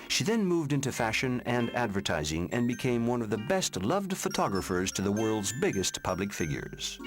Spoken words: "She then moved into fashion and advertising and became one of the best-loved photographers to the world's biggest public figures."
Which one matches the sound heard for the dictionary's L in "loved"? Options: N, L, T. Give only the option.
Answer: L